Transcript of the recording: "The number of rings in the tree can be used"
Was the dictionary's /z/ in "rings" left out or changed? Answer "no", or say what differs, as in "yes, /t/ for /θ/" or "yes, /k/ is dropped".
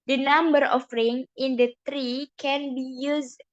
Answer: yes, /z/ is dropped